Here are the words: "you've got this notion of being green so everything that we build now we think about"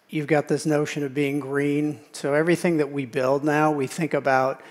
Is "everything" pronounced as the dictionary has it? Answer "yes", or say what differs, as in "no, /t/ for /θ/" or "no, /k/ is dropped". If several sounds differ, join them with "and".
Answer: yes